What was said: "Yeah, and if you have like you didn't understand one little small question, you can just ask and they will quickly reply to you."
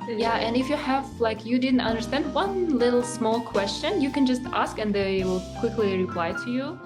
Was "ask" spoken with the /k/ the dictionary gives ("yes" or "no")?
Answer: yes